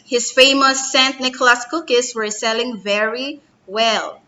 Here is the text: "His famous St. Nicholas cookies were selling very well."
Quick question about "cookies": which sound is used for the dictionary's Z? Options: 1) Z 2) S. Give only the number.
2